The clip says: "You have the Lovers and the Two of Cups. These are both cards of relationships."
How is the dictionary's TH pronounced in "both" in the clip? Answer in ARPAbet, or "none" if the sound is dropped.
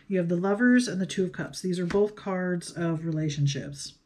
TH